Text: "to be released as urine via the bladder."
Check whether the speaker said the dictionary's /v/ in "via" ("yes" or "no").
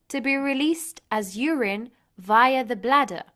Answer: yes